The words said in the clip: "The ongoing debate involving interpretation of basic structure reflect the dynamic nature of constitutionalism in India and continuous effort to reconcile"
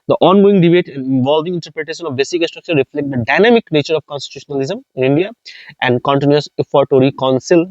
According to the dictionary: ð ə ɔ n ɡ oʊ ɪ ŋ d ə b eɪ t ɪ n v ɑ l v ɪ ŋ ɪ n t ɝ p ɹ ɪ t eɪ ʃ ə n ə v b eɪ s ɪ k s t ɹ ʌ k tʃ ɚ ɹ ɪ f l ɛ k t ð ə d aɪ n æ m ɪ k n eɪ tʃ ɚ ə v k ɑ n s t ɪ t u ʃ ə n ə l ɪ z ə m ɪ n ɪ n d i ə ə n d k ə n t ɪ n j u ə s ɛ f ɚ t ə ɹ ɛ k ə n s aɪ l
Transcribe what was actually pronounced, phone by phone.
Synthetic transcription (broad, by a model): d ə ɔ n ɡ oʊ ɪ ŋ d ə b eɪ t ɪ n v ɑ l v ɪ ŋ ɪ n t ɝ p ɹ ɪ t eɪ ʃ ə n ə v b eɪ s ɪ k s t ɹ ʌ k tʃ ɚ ɹ ɪ f l ɛ k t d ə d aɪ n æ m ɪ k n eɪ tʃ ɚ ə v k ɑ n s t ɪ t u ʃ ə n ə l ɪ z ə m ɪ n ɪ n d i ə ə n d k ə n t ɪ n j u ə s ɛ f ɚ t ə ɹ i k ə n s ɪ l